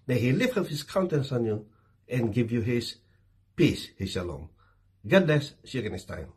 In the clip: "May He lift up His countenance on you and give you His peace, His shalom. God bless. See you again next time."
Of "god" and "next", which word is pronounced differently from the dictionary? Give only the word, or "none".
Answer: next